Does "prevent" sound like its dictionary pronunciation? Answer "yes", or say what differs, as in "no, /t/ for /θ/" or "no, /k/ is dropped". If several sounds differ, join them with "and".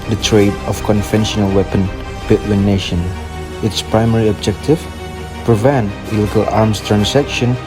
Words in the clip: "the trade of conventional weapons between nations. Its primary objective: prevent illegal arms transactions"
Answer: yes